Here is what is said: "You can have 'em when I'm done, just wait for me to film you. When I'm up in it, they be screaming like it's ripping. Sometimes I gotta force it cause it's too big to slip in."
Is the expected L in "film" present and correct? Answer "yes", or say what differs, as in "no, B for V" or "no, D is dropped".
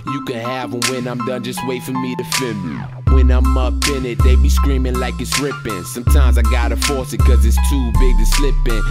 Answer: no, L is dropped